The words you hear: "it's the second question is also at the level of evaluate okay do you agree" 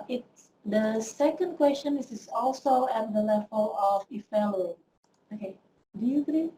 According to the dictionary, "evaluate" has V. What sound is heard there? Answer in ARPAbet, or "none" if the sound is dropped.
F